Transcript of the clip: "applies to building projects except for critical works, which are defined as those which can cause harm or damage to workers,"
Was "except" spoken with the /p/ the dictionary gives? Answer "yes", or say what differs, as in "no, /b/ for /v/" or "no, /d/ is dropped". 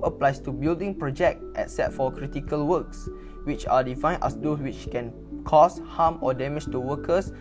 no, /p/ is dropped